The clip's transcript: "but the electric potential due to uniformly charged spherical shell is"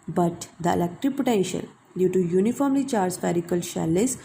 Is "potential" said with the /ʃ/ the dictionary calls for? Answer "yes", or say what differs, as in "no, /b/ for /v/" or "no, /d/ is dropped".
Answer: yes